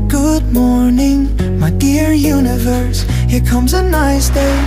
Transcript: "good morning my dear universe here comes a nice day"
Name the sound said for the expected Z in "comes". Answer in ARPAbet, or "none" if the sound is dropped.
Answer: Z